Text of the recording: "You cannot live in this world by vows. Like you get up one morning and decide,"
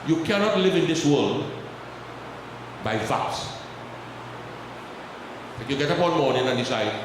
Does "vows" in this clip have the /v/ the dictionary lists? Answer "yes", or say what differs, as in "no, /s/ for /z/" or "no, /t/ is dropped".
no, /f/ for /v/